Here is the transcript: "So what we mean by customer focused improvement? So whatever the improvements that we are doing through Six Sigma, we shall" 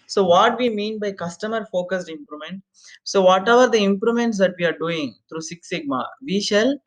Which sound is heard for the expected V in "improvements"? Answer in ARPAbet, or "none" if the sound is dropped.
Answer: none